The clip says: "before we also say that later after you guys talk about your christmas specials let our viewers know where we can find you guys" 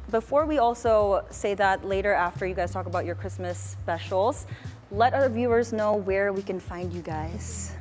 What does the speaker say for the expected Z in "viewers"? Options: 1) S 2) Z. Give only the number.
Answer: 2